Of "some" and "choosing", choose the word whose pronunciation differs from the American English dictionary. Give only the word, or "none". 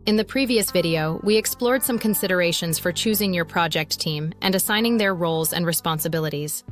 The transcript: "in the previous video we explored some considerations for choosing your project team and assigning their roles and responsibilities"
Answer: none